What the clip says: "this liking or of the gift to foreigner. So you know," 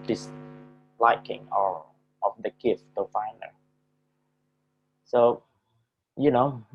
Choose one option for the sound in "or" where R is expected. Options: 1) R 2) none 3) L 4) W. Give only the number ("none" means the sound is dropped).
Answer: 3